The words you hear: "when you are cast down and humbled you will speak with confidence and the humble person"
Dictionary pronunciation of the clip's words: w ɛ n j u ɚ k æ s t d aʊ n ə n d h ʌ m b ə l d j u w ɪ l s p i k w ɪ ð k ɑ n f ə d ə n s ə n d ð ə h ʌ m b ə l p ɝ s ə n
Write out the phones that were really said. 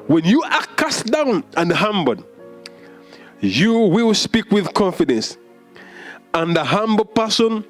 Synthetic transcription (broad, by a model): w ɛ n j u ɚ k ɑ s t d aʊ n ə n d h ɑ m b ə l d j u w ɪ l s p i k w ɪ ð k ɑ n f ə d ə n s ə n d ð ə h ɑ m b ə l p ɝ s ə n